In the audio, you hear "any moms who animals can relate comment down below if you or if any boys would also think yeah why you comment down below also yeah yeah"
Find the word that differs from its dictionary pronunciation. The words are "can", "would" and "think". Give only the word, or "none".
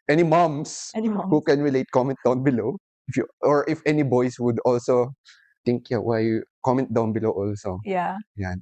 think